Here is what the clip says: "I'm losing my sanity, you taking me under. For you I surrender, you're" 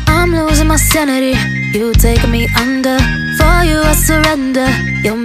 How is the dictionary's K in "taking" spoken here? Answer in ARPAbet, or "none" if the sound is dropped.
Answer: none